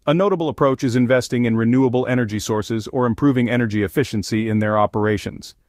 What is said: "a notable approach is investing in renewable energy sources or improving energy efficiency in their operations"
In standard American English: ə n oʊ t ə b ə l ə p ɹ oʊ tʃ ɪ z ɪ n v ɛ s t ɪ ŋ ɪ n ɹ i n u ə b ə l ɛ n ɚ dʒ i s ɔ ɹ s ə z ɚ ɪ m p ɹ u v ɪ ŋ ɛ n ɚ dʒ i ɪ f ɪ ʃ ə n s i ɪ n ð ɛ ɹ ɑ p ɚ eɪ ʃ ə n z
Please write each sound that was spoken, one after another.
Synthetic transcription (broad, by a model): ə n oʊ t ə b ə l ə p ɹ oʊ tʃ ɪ z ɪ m v ɛ s t ɪ ŋ ɪ n ɹ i n u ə b l ɛ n ɚ dʒ i s ɔ ɹ s ə z ɚ ɪ m p ɹ u v ɪ ŋ ɛ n ɚ dʒ i ɪ f ɪ ʃ ə n s i ɪ n ð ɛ ɹ ɑ p ɚ eɪ ʃ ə n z